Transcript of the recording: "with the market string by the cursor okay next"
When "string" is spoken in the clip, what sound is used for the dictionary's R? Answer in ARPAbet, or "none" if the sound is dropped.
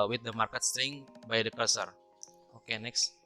none